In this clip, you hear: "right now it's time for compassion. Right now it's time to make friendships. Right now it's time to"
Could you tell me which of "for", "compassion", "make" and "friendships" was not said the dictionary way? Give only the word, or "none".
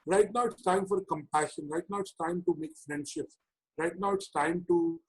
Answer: friendships